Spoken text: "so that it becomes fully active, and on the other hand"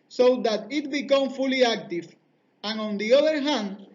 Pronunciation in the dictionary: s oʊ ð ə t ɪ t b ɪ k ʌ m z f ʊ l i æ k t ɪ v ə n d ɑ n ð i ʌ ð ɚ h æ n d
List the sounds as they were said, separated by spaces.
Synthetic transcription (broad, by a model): s oʊ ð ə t ɪ t b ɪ k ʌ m f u l i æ k t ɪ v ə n ɑ n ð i ʌ ð ɚ h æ n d